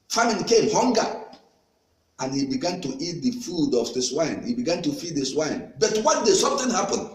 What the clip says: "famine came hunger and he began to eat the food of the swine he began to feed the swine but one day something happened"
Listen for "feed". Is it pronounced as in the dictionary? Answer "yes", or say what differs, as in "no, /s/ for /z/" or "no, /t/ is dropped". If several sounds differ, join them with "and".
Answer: yes